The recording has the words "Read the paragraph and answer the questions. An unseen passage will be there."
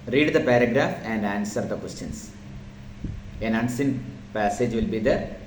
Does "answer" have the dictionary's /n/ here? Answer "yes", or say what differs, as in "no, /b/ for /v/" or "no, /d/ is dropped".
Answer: yes